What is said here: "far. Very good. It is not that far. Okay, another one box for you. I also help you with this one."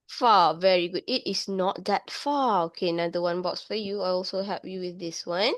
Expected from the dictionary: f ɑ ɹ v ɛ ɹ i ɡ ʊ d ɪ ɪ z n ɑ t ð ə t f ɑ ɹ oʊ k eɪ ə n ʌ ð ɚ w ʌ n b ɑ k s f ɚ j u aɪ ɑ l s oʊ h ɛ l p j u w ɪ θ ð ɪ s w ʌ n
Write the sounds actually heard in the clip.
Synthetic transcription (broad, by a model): f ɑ v ɛ ɹ i ɡ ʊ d ɪ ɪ s n ɑ t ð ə t f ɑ oʊ k eɪ n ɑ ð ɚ w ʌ n b ɑ k s f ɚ j u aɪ ɑ l s oʊ h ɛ p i w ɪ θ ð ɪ s w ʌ n